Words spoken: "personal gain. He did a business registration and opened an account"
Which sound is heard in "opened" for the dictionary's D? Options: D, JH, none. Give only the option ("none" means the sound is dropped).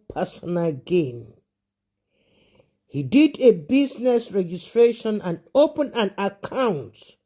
none